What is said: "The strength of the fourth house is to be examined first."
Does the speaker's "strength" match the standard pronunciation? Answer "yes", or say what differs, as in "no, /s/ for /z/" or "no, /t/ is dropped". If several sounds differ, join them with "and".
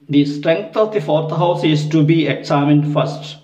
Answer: no, /t/ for /θ/